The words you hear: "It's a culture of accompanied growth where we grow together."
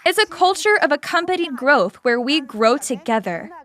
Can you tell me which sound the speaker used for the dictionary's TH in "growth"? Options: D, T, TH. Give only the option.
TH